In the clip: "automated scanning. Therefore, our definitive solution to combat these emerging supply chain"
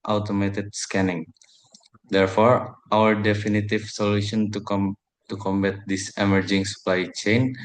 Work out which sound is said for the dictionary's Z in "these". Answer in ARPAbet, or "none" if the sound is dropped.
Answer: S